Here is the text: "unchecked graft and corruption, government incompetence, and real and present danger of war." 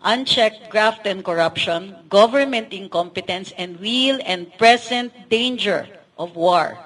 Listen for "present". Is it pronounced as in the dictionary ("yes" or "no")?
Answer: no